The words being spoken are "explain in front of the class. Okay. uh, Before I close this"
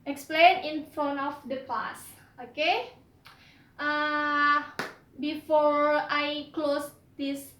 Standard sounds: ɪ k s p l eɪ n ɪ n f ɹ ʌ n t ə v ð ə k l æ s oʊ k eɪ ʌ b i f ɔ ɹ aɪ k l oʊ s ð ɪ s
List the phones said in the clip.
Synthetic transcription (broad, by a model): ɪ k s p l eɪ n ɪ n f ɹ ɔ n ə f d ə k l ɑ s oʊ k eɪ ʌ b i f ɔ ɹ aɪ k l oʊ s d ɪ s